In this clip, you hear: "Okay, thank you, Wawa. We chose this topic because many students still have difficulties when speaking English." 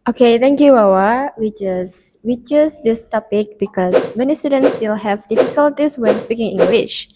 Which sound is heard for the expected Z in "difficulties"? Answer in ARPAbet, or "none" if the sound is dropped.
S